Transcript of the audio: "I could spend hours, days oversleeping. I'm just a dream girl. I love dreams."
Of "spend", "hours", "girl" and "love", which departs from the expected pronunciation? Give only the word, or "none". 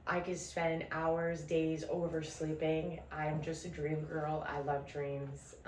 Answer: none